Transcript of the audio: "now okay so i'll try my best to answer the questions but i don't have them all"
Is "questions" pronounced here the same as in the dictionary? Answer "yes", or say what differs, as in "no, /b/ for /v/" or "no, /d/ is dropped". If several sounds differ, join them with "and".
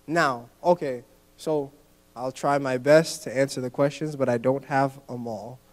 yes